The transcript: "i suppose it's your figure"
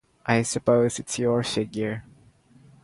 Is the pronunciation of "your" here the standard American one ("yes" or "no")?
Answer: yes